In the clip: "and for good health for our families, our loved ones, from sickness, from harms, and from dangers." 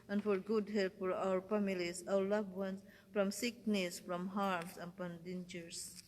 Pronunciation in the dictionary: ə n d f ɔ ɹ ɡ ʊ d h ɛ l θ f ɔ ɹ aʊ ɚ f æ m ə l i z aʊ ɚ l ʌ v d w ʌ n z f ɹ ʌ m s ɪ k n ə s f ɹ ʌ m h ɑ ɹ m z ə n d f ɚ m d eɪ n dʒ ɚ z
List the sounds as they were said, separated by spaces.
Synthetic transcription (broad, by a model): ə n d f ɔ ɹ ɡ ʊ d h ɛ l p f ɔ ɹ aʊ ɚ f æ m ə l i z aʊ ɚ l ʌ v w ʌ n s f ɹ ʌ m s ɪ k n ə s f ɹ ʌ m h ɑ ɹ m s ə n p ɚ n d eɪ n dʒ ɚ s